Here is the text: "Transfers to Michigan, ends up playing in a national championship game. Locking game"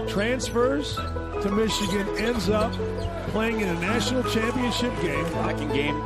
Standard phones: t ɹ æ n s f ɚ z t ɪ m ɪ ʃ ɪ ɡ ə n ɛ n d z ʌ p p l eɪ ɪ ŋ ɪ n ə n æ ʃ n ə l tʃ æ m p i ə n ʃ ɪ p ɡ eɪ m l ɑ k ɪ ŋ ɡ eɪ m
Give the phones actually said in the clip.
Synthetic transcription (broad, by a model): t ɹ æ n s f ɚ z t ɪ m ɪ ʃ ɪ ɡ ə n ɛ n d z ʌ p p l eɪ ɪ ŋ ɪ n ə n æ ʃ n l tʃ æ m p i ə n ʃ ɪ p ɡ eɪ m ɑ k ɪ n ɡ eɪ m